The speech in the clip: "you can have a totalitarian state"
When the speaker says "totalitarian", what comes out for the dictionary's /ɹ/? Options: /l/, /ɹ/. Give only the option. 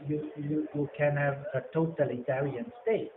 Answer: /l/